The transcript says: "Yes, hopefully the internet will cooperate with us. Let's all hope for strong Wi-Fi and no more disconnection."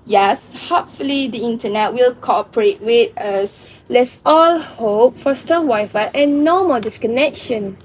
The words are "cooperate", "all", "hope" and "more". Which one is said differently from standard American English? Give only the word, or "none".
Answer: more